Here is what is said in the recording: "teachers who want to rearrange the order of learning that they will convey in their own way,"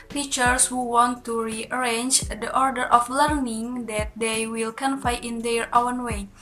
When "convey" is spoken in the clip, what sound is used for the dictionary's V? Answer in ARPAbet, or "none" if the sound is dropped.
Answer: F